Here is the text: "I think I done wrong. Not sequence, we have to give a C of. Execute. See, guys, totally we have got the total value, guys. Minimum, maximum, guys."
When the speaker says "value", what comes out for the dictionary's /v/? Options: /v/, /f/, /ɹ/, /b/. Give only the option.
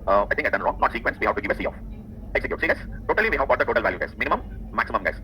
/v/